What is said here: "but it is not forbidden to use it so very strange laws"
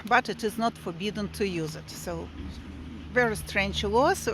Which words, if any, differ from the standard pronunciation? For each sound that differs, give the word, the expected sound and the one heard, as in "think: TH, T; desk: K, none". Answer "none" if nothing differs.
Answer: none